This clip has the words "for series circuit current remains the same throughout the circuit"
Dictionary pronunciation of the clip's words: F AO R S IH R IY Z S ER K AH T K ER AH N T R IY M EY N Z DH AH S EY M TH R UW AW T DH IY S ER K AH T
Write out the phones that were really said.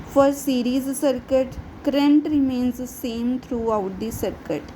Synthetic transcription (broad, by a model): F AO R S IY R IY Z S ER K AH T K ER AH N T R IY M EY N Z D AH S EY M T R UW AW T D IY S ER K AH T